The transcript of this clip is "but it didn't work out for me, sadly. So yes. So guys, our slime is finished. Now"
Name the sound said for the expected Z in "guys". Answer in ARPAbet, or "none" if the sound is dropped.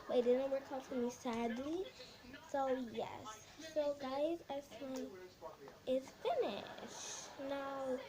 Z